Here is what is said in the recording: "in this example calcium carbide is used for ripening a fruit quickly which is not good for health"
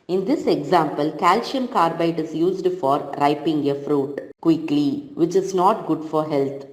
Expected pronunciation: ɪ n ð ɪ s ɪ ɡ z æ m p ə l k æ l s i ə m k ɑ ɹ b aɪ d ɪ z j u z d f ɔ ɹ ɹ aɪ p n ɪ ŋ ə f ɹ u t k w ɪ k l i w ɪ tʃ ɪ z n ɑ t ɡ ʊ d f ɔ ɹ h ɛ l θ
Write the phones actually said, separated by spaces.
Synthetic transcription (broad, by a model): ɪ n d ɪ s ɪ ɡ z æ m p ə l k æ l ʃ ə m k ɑ ɹ b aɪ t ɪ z j u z d f ɔ ɹ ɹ aɪ p ɪ ŋ ə f ɹ u t k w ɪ k l i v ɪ tʃ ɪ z n ɑ t ɡ ʊ d f ɔ ɹ h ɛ l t